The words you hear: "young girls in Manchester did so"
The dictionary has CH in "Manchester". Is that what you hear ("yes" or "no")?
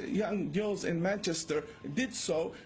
yes